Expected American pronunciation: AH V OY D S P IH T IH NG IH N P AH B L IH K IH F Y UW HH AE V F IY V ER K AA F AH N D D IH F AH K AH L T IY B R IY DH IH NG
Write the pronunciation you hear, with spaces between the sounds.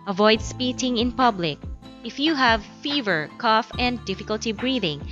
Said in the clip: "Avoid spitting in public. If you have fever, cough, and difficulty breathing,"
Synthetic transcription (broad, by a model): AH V OY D S P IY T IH NG IH N P AH B L IH K IH F Y UW HH AE V F IY V ER K AA F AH N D D IH F AH K AH L T IY B R IY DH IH NG